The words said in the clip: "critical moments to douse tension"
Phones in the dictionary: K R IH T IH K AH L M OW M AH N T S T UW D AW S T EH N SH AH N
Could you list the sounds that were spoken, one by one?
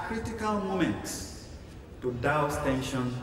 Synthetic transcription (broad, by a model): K R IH T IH K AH L M OW M AH N T S T UW D AW S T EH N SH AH N